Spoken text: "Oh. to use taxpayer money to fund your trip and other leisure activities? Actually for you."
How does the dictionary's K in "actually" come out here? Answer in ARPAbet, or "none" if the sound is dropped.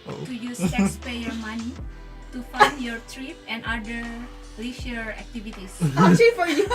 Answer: none